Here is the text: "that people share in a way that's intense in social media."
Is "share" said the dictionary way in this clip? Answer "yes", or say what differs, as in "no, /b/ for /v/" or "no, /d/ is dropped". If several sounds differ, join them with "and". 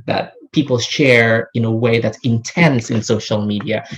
yes